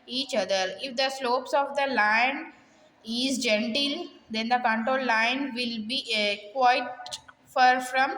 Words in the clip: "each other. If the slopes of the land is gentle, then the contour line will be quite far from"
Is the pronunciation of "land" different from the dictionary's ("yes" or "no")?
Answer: yes